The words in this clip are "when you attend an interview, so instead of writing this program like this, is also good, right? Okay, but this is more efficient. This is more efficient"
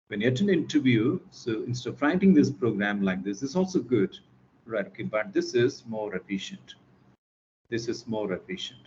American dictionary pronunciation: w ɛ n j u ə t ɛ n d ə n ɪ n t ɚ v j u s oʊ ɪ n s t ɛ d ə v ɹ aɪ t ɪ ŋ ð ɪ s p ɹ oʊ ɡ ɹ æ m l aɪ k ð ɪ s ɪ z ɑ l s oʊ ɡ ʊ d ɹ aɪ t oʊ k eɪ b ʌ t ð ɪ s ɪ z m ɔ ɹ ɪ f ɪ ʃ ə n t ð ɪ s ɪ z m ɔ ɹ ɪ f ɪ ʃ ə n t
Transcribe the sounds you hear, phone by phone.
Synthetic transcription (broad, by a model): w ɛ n j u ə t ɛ ə n ɪ n t ɚ v j u s oʊ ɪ n s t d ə f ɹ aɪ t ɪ ŋ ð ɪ s p ɹ oʊ ɡ ɹ æ m l aɪ k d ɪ s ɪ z ɑ l s oʊ ɡ ʊ d ɹ aɪ t oʊ k eɪ b ʌ t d ɪ s ɪ z m ɔ ɹ ɪ f ɪ ʃ ə n t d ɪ s ɪ z m ɔ ɹ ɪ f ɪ ʃ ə n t